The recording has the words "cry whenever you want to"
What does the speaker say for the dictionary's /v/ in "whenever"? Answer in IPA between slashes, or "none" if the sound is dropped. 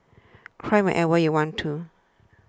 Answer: /w/